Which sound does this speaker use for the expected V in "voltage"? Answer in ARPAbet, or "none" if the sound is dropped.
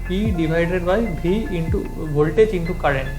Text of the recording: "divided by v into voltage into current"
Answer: B